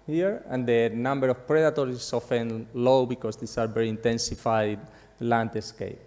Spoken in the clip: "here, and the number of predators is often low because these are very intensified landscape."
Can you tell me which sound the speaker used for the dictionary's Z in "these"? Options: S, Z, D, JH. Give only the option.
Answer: S